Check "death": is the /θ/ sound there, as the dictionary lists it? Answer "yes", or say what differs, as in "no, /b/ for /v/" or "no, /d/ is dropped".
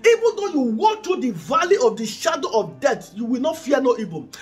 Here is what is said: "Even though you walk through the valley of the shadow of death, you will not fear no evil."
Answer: no, /t/ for /θ/